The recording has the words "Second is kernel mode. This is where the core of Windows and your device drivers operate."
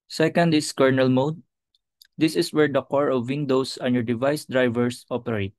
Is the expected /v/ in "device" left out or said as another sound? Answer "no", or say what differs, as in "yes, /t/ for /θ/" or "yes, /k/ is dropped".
no